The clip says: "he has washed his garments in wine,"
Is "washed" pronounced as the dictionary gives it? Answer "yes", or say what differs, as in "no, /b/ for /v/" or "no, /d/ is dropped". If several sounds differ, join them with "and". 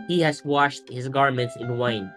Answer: yes